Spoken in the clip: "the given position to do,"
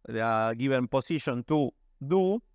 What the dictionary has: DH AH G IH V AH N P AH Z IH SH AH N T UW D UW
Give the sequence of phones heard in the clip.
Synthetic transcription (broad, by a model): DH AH G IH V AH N P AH S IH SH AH N T UW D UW